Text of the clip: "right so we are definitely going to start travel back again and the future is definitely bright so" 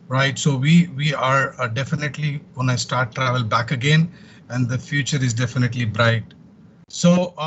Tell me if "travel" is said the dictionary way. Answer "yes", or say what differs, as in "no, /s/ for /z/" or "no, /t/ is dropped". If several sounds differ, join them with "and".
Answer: yes